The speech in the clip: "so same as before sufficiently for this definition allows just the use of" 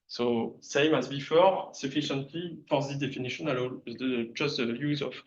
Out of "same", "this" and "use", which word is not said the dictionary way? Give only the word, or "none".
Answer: this